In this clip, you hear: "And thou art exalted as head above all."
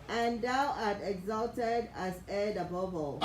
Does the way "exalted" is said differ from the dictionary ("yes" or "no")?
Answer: no